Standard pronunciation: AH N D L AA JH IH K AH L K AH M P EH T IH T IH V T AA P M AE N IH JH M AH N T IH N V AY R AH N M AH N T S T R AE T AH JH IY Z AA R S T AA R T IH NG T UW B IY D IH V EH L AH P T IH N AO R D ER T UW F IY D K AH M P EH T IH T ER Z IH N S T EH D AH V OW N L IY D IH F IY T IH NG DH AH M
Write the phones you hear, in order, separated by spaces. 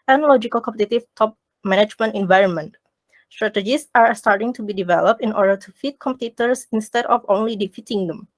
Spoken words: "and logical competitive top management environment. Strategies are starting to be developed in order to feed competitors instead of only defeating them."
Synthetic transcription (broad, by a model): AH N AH L AA JH IH K AH L K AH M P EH T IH T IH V T AA P M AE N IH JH M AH N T IH N V AY R AH N M AH N T S T R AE T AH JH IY S AA R S T AA R T IH NG T UW B IY D IH V EH L AH P T IH N AO R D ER T UW F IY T K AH M P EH T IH T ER S IH N S T EH D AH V OW N L IY D IH F IY T IH NG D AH M